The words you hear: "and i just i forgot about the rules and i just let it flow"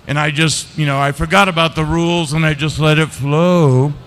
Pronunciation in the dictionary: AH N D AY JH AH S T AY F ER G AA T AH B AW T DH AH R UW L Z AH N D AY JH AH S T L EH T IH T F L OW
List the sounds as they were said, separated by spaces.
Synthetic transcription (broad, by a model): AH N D AY JH AH S T AY F ER G AA T AH B AW T DH AH R UW L Z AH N AY JH AH S T L EH T IH T F L OW